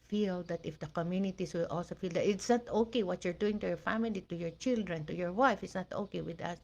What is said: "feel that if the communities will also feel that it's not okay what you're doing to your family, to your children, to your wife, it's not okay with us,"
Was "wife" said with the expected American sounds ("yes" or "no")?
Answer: yes